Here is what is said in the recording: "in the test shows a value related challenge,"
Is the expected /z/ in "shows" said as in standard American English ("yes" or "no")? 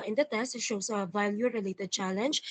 no